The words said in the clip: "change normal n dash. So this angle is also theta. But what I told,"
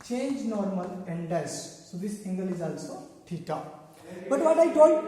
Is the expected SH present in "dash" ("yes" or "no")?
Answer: no